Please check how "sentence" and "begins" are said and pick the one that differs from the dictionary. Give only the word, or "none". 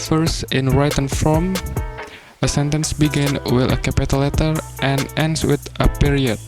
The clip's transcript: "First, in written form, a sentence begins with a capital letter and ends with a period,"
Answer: begins